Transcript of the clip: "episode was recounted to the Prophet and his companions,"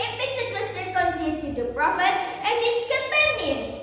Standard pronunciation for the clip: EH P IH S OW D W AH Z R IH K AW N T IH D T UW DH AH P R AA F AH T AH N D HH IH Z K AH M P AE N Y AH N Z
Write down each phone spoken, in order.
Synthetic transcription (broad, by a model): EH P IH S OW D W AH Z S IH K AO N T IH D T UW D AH P R AA F AH T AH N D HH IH S K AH M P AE N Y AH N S